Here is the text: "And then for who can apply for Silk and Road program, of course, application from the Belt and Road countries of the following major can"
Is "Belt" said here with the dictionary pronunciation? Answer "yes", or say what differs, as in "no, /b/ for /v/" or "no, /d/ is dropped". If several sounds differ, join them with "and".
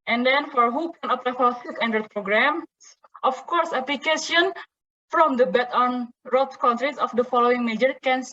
no, /l/ is dropped